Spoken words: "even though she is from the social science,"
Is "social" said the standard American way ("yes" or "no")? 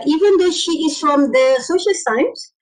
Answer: yes